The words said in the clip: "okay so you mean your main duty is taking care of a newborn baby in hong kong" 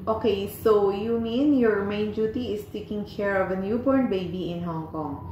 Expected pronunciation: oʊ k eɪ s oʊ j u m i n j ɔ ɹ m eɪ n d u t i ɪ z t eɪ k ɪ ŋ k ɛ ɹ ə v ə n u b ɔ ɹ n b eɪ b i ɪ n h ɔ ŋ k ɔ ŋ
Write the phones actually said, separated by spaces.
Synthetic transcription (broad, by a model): oʊ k eɪ s oʊ j u m i n j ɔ ɹ m eɪ n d u t i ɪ s t eɪ k ɪ ŋ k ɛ ɹ ə v ə n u b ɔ ɹ n b eɪ b i ɪ n h ɔ ŋ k ɔ ŋ